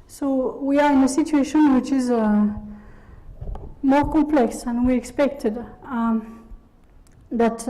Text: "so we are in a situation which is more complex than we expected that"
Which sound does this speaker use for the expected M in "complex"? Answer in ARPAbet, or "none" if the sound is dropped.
M